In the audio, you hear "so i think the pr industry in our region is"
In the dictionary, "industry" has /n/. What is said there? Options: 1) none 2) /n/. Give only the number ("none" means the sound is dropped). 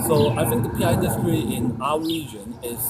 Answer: 1